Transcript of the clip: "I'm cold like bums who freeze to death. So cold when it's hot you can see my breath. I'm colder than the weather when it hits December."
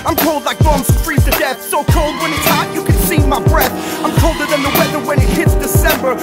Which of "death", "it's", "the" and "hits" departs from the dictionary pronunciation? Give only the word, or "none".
none